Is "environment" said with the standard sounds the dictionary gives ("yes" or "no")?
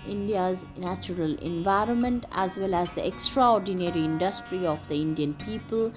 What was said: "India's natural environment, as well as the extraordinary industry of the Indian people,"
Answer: yes